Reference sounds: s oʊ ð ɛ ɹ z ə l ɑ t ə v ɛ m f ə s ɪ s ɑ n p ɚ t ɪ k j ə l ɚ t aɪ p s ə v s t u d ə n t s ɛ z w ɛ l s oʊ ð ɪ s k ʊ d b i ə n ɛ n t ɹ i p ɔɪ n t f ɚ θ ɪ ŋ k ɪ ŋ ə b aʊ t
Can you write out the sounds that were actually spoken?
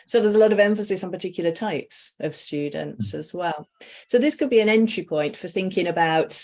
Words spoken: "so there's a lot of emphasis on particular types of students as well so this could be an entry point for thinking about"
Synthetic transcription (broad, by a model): s oʊ ð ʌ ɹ z ə l ɑ t ə v ɛ m f ə s ɪ s n p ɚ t ɪ k j l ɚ t aɪ p s ə v s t u d n t s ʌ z w ɛ l s oʊ ð ɪ s k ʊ d b i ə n ɛ n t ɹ i p ɔɪ n t f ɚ θ ɪ ŋ k ɪ ŋ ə b aʊ t